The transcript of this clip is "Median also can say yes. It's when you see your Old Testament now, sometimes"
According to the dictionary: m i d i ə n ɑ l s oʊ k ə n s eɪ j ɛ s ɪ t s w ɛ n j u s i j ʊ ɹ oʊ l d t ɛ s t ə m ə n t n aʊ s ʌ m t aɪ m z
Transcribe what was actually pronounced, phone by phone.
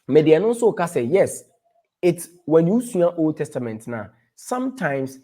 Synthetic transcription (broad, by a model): m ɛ d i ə n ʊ n s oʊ k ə s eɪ j ɛ s ɪ t s w ɛ n j u s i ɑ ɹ oʊ l d t ɛ s t ə m ə n t n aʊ s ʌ m t aɪ m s